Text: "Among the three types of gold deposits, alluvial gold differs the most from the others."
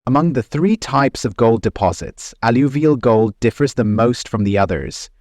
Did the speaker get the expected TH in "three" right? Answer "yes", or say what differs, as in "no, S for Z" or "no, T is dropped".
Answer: yes